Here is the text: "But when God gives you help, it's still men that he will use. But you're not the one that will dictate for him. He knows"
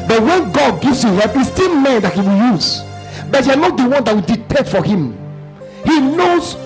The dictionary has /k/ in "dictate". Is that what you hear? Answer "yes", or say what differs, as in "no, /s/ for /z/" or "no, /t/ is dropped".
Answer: no, /k/ is dropped